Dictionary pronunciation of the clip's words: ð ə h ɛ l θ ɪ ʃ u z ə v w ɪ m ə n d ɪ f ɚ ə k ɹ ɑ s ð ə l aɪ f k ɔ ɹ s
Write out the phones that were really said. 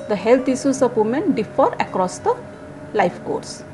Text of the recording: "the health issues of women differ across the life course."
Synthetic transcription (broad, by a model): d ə h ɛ l t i s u s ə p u m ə n d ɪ f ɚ ə k ɹ ɑ s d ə l aɪ f k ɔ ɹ s